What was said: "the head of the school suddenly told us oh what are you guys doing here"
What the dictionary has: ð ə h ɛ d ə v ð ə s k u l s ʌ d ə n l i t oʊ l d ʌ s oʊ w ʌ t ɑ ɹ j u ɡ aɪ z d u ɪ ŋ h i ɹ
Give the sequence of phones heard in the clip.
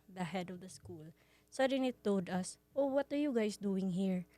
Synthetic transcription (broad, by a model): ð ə h ɛ d ə v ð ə s k u l s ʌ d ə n i t oʊ l d ʌ s oʊ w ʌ t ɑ ɹ j u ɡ aɪ s d u ɪ ŋ h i ɹ